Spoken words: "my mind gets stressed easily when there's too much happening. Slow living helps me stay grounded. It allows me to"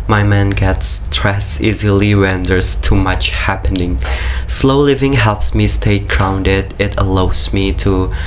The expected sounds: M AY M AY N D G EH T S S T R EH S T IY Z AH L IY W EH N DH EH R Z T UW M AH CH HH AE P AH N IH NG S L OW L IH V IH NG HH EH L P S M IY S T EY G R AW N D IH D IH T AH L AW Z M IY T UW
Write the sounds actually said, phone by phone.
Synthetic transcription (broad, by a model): M AY M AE N G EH T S S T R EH S IY Z AH L IY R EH N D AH R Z T UW M AH CH HH AE P AH N IH NG S L OW L IH V IH NG HH EH L P S M IY S T EY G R AW N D IH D IH T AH L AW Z M IY T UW